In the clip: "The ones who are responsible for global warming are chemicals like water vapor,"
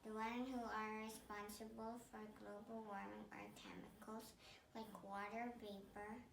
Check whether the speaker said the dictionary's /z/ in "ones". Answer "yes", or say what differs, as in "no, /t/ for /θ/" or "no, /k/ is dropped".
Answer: no, /z/ is dropped